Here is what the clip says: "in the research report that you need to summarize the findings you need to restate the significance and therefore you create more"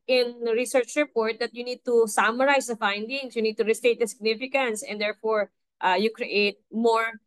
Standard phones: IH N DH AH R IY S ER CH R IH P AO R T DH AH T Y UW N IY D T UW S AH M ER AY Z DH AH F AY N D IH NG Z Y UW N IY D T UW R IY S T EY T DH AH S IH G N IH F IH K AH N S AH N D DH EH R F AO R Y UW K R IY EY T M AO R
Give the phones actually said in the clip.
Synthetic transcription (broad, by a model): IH N R IY S ER CH R IH P AO R T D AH T Y UW N IY D T UW S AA M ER AY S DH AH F AY N D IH NG S Y UW N IY D T UW R IY S T EY T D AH S IH G N IH F IH K AH N S AH N D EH R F AO R Y UW K R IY EY T M AO R